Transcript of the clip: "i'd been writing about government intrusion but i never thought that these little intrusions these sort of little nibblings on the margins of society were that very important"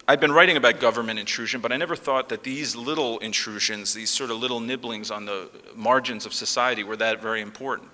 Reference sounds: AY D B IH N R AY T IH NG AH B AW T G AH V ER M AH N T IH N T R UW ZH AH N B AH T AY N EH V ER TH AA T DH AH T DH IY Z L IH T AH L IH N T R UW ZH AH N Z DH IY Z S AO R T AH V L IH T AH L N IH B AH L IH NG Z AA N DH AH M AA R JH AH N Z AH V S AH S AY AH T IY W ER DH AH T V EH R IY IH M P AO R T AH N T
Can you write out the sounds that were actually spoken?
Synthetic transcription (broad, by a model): AY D B IH N R AY T IH NG AH B AW T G AH V ER M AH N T IH N T R UW ZH AH N B AH T AY N EH V ER TH AA T DH AH T DH IY Z L IH T L IH N T R UW ZH AH N Z DH IY Z S AO R T AH V L IH T L N IH B L IH NG Z N DH AH M AA R JH AH N Z AH V S AH S AY AH T IY W ER DH AH T V EH R IY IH M P AO R T N T